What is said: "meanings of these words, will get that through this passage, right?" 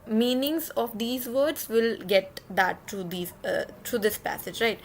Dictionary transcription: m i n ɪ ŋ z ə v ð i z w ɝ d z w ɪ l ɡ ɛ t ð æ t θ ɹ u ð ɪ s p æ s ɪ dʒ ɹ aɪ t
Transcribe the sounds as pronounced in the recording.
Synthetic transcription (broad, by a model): m i n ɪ ŋ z ə v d i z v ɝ d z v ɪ l ɡ ɛ t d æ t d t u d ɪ s p æ s ɪ dʒ ɹ aɪ t